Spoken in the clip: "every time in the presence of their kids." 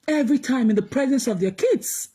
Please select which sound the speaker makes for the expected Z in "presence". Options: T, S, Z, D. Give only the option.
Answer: Z